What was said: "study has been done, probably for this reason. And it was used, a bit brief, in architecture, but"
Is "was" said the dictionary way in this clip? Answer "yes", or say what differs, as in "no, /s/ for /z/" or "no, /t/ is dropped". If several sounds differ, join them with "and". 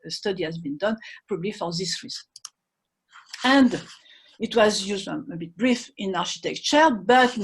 yes